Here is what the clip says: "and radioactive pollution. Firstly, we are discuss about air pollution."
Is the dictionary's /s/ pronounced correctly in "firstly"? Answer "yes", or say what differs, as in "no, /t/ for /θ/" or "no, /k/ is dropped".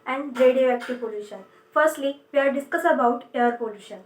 yes